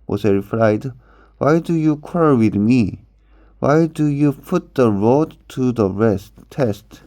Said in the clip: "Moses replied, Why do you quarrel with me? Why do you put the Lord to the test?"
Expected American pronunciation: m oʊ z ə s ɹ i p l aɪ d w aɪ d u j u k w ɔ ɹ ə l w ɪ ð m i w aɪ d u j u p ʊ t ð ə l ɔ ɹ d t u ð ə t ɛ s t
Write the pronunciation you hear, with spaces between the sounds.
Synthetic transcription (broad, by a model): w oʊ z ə ɹ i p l aɪ d w aɪ d u j u k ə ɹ w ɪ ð m i w aɪ d u j u p ʊ t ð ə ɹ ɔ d t u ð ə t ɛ s t